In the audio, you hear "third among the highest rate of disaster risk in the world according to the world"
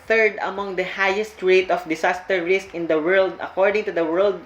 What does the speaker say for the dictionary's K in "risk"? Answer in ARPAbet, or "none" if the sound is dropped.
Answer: K